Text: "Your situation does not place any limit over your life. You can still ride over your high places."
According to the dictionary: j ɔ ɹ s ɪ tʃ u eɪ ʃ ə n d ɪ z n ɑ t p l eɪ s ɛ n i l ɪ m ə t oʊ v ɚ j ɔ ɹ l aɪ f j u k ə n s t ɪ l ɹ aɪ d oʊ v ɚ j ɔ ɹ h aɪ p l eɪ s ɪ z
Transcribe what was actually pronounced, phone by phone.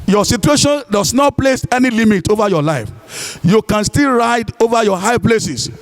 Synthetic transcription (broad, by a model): j ɔ s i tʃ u eɪ ʃ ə n d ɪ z n ɑ t p l eɪ s ɛ n i l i m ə t oʊ v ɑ j ɔ l aɪ f j u k ə n s t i l ɹ aɪ d oʊ v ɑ j ɔ h aɪ p l eɪ s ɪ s